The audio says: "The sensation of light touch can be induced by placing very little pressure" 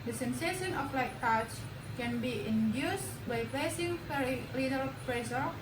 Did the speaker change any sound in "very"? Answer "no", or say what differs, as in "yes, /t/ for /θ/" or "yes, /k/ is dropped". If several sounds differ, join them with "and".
yes, /p/ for /v/